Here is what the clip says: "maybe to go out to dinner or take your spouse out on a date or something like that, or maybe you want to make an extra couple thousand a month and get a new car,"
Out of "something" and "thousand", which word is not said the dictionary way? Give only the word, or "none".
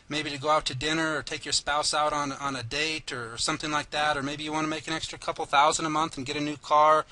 none